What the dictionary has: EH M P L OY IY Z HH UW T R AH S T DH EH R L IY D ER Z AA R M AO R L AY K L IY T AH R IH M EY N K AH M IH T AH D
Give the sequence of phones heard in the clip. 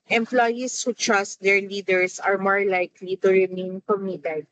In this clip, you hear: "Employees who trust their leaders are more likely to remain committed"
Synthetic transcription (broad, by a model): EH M P L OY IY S HH UW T R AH S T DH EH R L IY D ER S AA R M AO R L AY K L IY T AH R IH M EY N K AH M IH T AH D